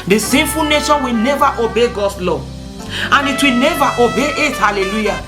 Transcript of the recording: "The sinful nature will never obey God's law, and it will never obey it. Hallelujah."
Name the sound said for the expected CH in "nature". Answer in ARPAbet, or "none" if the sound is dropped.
SH